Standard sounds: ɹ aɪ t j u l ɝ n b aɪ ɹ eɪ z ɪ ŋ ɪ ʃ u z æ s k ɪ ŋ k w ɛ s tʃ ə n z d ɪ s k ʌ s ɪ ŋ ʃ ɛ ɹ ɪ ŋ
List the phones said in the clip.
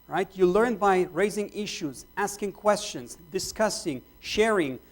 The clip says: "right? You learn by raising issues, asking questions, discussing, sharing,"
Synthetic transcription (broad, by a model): ɹ aɪ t j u l ɝ n b aɪ ɹ eɪ z ɪ ŋ ɪ ʃ u z æ s k ɪ ŋ k w ɛ s tʃ ə n z d ɪ s k ʌ s ɪ ŋ ʃ ɛ ɹ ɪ ŋ